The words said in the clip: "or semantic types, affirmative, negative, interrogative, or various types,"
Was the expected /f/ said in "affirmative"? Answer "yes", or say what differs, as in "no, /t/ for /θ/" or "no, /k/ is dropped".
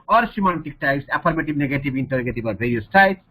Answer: no, /p/ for /f/